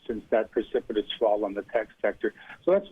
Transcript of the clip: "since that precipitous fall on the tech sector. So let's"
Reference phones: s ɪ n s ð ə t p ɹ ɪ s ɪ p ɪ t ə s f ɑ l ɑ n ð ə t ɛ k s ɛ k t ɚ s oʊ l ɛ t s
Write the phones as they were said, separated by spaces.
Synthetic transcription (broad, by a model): s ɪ n s ð ə t p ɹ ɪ s ɪ p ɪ t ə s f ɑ l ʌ n ð ə t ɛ k s ɛ k t ɚ s oʊ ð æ t s